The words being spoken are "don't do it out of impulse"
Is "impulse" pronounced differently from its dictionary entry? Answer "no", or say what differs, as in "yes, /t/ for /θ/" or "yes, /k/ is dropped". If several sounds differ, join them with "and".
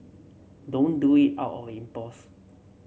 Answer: yes, /l/ is dropped